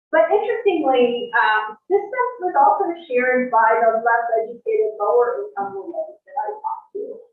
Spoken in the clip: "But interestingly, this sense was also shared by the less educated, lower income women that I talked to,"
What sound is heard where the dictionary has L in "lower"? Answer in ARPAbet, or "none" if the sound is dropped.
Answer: L